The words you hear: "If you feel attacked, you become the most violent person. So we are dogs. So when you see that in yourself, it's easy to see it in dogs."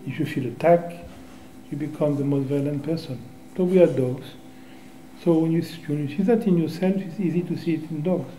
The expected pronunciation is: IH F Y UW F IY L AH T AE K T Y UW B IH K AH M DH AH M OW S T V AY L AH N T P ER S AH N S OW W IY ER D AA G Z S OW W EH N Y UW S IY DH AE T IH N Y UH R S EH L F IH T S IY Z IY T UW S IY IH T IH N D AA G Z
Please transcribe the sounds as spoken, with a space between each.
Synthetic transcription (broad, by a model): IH F Y UW F IY L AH T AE K Y UW B IH K AH M DH AH M OW S T V AY L AH N T P ER S AH N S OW W IY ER D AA G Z S OW W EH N Y UW S IY DH AE T IH N Y UH R S EH L F IH T S IY Z IY T UW S IY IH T IH N D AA G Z